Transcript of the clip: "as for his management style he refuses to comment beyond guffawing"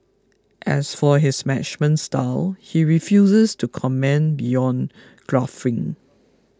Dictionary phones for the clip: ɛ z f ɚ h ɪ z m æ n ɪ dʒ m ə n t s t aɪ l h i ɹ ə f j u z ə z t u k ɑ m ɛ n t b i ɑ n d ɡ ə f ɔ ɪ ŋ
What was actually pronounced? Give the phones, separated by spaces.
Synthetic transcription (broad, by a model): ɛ s f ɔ h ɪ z m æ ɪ tʃ m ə n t s t aɪ l h i ɹ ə f j u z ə s t u k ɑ m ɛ n b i ɑ n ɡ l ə f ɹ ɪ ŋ